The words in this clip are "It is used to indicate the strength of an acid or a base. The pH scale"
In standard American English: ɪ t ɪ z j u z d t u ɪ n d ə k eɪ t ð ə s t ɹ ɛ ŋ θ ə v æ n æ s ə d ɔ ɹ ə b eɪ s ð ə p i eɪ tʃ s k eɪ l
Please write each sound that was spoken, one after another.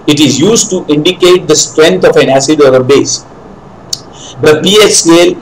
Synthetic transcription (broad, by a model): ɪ t ɪ z j u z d t u ɪ n d ə k eɪ t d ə s t ɹ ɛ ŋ t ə f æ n æ s ə d ɔ ɹ ə b eɪ s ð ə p i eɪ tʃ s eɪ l